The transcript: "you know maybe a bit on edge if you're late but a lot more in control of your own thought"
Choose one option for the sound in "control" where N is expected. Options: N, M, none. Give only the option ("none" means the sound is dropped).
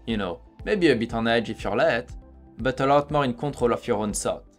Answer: none